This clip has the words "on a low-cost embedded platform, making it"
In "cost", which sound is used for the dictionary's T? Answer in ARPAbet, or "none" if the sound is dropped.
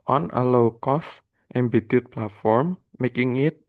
T